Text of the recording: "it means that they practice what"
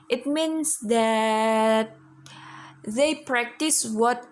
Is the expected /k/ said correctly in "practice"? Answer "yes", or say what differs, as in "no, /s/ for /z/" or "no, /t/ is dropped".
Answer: yes